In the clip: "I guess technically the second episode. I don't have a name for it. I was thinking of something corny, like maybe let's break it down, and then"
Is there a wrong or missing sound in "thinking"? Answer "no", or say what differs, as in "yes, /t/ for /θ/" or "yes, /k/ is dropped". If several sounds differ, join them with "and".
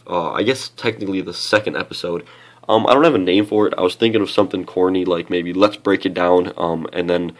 no